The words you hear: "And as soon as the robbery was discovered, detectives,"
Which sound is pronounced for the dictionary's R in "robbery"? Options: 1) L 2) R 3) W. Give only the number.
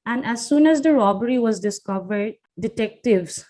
2